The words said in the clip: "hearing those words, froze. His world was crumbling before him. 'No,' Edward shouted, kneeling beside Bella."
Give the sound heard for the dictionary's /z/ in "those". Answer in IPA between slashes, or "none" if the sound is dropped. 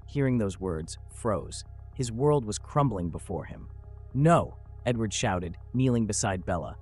/z/